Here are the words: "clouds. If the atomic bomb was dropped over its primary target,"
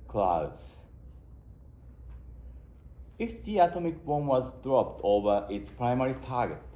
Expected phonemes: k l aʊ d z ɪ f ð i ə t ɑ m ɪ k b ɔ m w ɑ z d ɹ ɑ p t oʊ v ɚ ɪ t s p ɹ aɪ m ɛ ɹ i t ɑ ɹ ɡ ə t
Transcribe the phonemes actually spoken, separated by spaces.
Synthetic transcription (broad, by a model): k l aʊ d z ɪ f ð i ə t ɑ m ɪ k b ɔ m w ɑ z d ɹ ɑ p t oʊ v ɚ ɪ t s p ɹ aɪ m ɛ ɹ i t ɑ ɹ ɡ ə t